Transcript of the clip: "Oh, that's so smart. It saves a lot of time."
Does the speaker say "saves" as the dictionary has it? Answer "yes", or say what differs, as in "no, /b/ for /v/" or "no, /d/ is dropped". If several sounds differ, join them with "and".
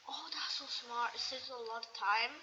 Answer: no, /v/ is dropped